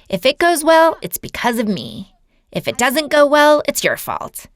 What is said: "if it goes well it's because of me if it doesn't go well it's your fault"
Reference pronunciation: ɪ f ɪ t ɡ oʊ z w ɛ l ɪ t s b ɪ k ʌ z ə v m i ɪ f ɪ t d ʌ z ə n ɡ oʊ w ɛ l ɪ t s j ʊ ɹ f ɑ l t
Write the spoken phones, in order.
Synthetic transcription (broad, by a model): ɪ f ɪ t ɡ oʊ z w ɛ l ɪ t s b ɪ k ʌ z ə v m i ɪ f ɪ t d ʌ z ə n ɡ oʊ w ɛ l ɪ t s j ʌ ɹ f ɑ l t